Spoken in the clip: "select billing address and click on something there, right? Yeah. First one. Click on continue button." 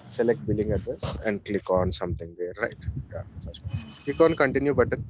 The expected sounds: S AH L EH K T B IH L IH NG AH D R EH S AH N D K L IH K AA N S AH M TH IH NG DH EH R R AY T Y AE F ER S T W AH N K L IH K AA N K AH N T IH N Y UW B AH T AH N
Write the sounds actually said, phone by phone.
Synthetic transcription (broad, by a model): S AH L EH K T B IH L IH NG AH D EH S AH N D K L IH K AA N S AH M T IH NG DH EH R R AY T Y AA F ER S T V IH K AA N K AH N T IH N Y UW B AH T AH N